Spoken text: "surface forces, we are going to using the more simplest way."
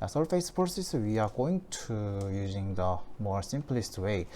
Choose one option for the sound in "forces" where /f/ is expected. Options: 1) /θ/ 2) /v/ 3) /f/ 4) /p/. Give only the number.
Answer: 4